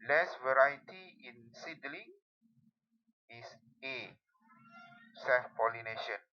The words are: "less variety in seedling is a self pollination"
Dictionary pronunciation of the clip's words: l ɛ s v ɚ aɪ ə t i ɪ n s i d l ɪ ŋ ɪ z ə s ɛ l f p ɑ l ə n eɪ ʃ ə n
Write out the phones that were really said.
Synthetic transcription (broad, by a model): l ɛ s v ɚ aɪ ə t i ɪ n s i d l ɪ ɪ s ə s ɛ f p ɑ l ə n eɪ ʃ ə n